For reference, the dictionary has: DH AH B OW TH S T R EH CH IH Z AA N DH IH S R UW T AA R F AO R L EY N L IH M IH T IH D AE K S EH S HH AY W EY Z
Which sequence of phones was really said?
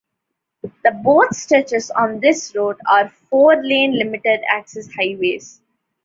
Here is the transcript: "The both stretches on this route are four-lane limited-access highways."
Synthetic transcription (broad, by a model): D AH B OW T S T EH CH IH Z AA N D IH S R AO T AA R F AO R L EY N L IH M IH T IH D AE K S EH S HH AY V EY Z